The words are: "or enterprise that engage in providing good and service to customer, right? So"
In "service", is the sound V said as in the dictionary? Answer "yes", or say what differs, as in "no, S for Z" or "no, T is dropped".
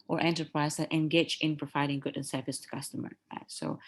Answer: no, F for V